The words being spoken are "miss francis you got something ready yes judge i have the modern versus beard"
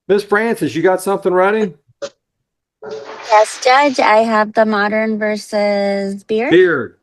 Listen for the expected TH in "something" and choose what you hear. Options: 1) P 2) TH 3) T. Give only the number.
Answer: 2